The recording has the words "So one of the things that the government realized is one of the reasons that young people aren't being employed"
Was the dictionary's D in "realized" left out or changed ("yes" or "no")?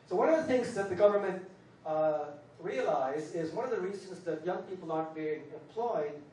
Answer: yes